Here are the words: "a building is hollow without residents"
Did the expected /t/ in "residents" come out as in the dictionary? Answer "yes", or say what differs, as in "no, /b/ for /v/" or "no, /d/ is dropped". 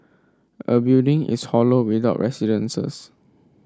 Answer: no, /s/ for /t/